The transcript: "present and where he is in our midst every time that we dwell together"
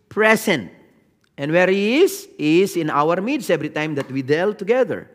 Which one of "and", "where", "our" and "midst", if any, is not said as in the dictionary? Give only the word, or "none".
midst